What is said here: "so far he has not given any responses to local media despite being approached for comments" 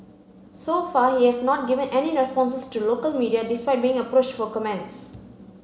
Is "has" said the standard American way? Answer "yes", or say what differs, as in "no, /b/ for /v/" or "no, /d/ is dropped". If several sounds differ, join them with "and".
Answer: no, /s/ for /z/